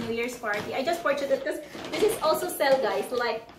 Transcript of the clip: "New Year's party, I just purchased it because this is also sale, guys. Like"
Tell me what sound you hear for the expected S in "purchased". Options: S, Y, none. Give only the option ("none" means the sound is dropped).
none